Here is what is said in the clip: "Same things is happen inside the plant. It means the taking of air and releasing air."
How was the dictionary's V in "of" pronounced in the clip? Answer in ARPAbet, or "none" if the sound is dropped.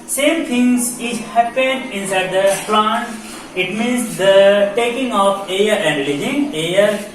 P